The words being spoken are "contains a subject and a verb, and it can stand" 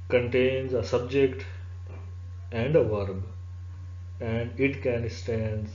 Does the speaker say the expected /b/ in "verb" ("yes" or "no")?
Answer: yes